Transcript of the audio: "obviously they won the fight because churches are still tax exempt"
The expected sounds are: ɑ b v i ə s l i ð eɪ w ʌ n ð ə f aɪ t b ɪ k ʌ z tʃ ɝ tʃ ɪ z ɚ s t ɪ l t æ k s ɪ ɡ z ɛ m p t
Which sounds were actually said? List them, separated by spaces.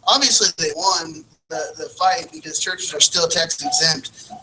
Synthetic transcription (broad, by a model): ɑ b v i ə s l i ð eɪ w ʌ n ð ə f aɪ t b ɪ k ʌ z tʃ ɝ tʃ ɪ z ɚ s t ɪ l t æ k s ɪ ɡ z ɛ m p t